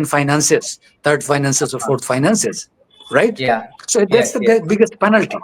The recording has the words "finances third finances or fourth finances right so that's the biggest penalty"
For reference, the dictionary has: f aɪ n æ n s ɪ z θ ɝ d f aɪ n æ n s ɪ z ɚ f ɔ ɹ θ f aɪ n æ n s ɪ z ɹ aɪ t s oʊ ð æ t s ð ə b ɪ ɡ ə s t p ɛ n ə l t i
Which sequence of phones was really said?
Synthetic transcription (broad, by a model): f aɪ n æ n s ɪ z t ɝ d f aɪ n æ n s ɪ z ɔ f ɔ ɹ t f aɪ n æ n s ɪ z ɹ aɪ t s oʊ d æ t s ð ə b ɪ ɡ ə s t p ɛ n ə l t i